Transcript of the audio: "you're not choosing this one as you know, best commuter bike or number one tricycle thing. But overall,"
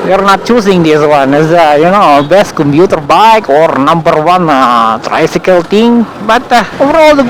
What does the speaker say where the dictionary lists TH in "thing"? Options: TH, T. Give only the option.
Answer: T